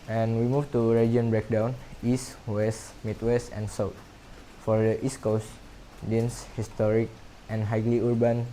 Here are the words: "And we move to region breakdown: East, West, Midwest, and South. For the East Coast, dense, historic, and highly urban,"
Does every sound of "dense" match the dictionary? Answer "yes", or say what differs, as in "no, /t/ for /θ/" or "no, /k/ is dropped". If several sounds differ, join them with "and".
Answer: yes